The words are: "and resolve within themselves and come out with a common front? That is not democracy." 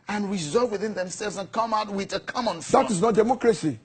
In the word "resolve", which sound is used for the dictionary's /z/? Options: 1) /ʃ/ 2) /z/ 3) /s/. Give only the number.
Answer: 2